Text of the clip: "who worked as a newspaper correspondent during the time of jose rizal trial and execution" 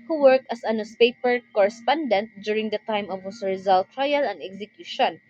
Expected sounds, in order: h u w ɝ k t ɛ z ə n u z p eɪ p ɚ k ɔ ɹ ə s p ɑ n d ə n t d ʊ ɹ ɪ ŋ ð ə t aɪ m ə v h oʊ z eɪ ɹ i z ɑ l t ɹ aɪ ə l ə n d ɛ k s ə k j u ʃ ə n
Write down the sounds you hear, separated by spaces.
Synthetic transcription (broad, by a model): h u w ɝ k t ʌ s ə n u s p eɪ p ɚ k ɔ ɹ ə s p ɑ n d ə n t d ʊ ɹ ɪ ŋ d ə t aɪ m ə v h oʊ s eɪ ɹ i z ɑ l t ɹ aɪ ə l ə n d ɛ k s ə k j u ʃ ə n